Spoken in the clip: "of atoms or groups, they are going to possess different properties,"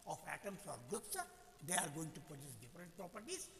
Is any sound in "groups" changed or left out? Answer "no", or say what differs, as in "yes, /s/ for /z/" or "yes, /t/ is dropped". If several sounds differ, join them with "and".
yes, /ɹ/ is dropped